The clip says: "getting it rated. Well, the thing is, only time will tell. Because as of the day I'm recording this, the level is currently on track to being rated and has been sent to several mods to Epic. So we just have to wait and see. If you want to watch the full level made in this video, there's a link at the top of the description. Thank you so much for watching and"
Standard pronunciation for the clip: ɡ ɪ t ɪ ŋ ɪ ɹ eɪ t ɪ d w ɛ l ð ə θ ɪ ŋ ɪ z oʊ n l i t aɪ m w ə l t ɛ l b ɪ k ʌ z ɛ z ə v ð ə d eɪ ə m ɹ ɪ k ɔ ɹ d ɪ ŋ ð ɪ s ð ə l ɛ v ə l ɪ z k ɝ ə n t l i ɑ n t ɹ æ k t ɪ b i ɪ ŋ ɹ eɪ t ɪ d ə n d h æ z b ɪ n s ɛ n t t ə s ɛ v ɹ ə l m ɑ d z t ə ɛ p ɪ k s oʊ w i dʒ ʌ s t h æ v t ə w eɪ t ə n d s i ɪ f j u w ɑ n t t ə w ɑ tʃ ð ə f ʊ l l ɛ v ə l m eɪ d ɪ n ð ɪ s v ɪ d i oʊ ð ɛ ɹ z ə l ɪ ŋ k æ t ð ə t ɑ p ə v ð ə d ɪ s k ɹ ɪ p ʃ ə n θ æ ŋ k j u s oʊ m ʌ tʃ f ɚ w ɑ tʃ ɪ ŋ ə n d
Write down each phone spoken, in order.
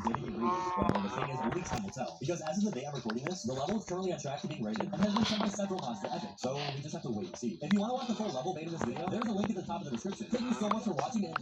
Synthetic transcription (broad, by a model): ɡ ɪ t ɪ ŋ ɪ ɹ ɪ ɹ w ð ə θ ɪ ŋ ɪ z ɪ l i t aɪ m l t ɛ l b ɪ k ʌ z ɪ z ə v ð ə d eɪ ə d ɹ ɪ k ɔ ɹ d ɪ ŋ ð ɪ s ð ə l ɛ v l ɪ z k ɝ ə n t l i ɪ t ɹ æ k t ɪ b i ɪ ŋ ɹ eɪ t ɪ d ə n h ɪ z b ɪ n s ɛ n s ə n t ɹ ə l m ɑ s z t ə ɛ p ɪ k s oʊ w i dʒ ʌ s t h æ f t ə w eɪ ə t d s i ɪ f j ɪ w ɑ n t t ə w ɑ tʃ ð ə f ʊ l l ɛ v l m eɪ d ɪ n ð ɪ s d ɪ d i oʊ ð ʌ ɹ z ə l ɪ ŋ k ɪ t ð ə t ɑ p ə v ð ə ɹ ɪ s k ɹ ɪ p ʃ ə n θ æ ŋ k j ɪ s oʊ m ʌ tʃ f ɚ w ɑ tʃ ɪ ŋ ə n